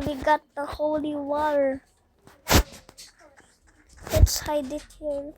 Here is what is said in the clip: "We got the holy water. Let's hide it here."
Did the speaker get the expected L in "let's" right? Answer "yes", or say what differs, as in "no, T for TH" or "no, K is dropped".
no, W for L